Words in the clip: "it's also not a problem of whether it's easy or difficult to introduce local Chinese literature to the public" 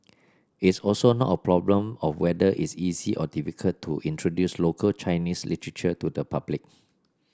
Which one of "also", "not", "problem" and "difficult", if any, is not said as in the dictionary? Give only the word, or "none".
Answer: difficult